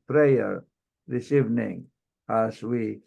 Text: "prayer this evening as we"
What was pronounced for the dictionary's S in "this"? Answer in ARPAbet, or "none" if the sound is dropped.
S